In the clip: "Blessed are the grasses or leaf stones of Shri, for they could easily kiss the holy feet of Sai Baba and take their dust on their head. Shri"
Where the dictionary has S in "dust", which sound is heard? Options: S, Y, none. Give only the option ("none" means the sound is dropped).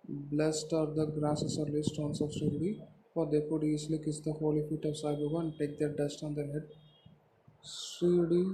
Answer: S